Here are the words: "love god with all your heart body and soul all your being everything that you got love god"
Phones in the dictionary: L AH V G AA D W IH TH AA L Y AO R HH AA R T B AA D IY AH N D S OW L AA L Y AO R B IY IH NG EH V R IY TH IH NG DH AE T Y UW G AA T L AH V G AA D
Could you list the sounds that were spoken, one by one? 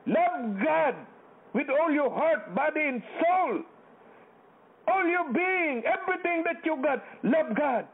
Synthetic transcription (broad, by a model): L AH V G AA D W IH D AA L Y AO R HH AA R T B AA D IY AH N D S OW L AA L Y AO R B IY IH NG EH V R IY T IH NG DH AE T Y UW G AA T L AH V G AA D